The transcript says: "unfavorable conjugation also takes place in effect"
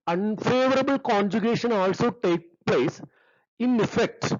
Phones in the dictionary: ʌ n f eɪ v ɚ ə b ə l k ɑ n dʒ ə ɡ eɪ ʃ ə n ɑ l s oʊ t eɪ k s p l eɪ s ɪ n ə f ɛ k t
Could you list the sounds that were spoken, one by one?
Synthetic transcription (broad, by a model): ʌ n f eɪ v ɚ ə b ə l k ɑ n dʒ ə ɡ eɪ ʃ ə n ɑ l s oʊ t eɪ k p l eɪ s ɪ n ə f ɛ k t